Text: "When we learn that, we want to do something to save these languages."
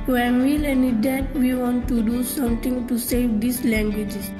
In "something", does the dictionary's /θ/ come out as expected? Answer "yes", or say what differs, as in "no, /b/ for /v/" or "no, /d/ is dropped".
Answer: no, /t/ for /θ/